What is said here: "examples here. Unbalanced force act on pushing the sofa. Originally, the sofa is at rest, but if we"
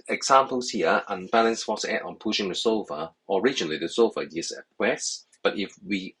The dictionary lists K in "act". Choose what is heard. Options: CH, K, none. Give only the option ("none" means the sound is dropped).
none